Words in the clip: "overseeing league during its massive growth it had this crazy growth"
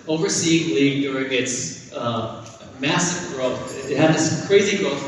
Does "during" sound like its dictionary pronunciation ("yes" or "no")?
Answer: yes